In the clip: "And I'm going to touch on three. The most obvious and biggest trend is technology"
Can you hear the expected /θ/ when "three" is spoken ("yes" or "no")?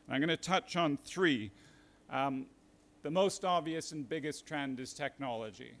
yes